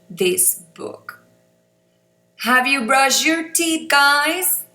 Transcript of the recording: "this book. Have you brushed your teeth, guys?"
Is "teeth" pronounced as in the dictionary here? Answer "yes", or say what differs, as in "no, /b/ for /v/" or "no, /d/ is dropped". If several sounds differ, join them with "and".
no, /t/ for /θ/